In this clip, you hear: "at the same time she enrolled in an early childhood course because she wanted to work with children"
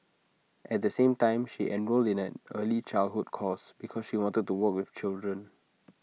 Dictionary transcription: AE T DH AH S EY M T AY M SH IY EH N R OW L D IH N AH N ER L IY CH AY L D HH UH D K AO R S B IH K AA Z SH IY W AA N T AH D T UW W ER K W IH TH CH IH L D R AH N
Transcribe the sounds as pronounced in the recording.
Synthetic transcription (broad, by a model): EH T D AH S EY M T AY M SH IY EH N R OW L D IH N AH N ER L IY CH AY L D HH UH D K AO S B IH K AA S SH IY W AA N T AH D T UW W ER K W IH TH CH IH L D R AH N